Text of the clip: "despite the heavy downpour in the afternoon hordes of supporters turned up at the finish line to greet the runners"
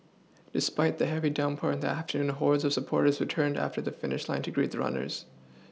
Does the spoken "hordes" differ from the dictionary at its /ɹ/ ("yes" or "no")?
no